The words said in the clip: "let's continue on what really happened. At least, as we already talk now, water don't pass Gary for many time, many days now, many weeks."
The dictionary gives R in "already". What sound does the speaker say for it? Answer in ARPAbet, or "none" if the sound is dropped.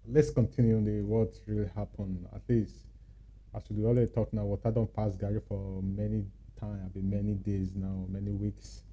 L